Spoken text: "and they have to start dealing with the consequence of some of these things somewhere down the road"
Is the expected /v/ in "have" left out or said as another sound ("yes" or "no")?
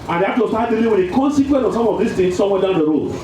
yes